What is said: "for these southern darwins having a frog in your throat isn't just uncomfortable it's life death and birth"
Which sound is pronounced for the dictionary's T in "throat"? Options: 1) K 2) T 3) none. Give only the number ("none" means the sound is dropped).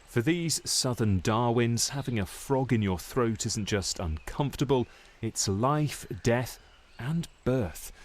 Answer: 2